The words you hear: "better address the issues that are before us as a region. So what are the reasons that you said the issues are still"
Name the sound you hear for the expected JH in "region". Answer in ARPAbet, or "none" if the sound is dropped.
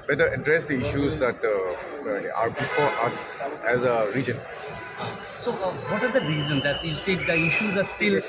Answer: JH